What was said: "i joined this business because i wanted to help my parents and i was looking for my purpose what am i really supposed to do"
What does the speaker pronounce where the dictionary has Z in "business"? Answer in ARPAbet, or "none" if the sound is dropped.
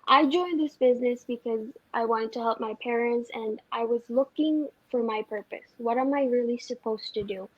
Z